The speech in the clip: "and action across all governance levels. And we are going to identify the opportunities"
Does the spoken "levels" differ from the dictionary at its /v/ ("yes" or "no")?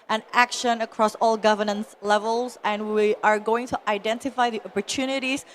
no